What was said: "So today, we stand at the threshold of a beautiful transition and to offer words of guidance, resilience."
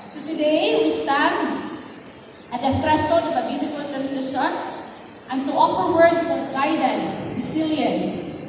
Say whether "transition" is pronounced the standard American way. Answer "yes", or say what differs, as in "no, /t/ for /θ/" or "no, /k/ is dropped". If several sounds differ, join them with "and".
no, /s/ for /z/